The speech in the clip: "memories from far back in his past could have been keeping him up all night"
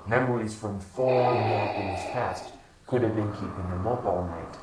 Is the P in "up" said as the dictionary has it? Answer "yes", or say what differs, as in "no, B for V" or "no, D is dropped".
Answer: no, B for P